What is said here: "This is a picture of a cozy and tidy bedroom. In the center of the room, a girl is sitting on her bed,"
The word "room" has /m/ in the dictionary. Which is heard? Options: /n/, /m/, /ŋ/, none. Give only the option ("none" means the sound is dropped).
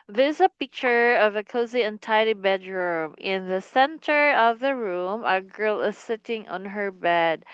/m/